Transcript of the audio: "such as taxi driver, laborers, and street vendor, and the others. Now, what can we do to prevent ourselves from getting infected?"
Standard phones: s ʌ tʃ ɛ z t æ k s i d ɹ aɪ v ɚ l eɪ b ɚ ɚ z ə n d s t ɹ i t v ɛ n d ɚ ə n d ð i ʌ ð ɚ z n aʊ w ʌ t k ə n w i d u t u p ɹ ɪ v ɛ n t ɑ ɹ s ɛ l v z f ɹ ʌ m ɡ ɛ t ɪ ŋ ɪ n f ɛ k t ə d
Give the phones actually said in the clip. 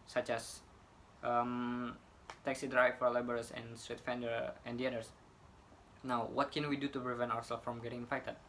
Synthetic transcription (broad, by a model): s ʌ tʃ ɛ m t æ k s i d ɹ aɪ f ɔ l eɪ b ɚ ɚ s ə n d s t ɹ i t f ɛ n d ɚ ə n d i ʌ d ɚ s n aʊ w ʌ t k ə n w i d u t u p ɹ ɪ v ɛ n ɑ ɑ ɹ s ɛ l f ɹ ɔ m ɡ ɛ t ɪ ŋ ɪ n f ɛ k t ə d